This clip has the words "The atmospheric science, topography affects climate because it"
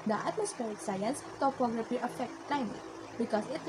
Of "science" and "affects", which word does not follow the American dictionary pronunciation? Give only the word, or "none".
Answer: affects